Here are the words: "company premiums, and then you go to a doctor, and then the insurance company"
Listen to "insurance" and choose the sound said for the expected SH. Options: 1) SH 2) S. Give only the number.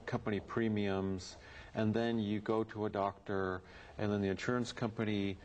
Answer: 1